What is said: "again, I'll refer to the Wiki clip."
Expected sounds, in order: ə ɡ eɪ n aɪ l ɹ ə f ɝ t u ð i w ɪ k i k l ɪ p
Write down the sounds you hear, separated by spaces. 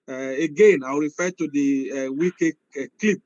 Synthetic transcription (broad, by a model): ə ɡ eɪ n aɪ w ɹ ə f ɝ t u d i w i k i k l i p